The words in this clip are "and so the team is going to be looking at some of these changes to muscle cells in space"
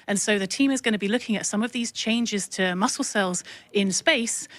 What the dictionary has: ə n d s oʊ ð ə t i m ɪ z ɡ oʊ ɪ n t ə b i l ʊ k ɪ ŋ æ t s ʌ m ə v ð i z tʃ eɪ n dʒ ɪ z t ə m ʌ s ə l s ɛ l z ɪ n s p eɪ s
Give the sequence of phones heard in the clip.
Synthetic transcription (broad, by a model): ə n s oʊ ð ə t i m ɪ z ɡ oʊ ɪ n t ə b i l ʊ k ɪ ŋ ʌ t s ʌ m ə v ð i z tʃ eɪ n dʒ ɪ z t ə m ʌ s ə l s ɛ l z ɪ n s p eɪ s